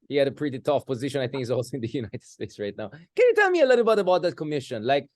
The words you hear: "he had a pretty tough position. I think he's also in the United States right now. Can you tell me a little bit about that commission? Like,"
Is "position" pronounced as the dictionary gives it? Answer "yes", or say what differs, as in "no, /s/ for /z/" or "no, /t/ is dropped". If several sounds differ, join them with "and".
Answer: yes